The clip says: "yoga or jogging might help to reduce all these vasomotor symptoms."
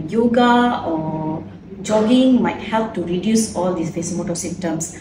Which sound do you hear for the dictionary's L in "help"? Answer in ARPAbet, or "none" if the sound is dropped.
L